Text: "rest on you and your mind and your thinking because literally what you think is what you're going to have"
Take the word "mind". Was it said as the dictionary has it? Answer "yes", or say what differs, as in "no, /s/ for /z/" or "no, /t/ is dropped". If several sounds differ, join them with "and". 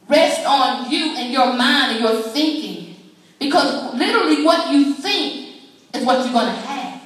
yes